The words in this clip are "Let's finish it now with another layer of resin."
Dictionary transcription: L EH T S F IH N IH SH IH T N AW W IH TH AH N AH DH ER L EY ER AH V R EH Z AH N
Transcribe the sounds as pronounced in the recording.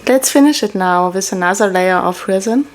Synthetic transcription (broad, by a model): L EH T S F IH N IH SH IH T N AW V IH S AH N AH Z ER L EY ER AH F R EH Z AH N